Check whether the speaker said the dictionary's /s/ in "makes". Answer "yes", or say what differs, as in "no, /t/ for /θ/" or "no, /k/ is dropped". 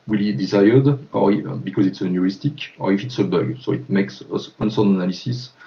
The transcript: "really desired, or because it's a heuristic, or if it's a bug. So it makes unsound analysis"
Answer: yes